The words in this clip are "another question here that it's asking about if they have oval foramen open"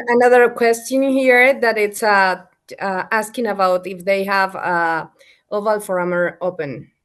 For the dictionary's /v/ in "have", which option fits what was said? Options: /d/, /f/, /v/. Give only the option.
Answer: /v/